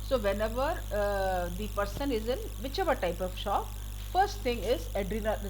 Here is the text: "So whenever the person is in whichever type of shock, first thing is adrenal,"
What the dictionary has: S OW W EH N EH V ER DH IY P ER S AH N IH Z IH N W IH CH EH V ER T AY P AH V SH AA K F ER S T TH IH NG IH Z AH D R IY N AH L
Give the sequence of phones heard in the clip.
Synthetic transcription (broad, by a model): S OW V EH N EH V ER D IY P ER S AH N IH Z IH N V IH CH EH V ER T AY P AH V SH AA K F ER S T T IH NG IH Z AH D R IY N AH